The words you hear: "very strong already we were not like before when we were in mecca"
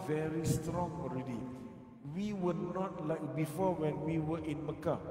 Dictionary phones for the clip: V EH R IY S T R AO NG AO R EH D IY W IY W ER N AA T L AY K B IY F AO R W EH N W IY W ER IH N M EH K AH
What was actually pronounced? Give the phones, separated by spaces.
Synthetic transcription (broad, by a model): V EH R IY S T R AO NG AO R EH D IY W IY W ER N AA T L AY K B IY F AO W EH N W IY W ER IH N M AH K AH